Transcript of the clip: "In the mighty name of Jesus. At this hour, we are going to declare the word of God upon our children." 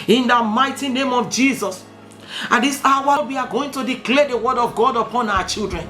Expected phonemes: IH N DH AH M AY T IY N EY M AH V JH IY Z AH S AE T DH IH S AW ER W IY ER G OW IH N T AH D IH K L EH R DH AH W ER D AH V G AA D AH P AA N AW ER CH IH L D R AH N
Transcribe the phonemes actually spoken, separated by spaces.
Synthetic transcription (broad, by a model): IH N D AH M AY T IY N EY M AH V JH IY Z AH S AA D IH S AW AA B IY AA G OW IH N T AH D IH K L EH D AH W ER D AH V G AA D AH P AA N AW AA CH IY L D R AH N